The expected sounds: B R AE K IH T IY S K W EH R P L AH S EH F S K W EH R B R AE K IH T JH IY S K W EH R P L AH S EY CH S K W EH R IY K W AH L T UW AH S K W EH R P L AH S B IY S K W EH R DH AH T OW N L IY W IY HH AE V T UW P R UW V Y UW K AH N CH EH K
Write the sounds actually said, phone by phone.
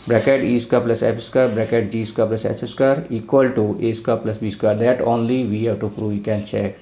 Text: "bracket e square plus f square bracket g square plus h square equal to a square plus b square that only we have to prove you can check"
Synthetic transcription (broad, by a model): B R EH K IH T IY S K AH P L AH S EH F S K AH R B R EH K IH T JH IY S K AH P L AH S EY S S K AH R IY K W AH L T UW AH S K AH P L AH S B IY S K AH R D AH T OW N L IY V IY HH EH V T UW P R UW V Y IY K AH N CH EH K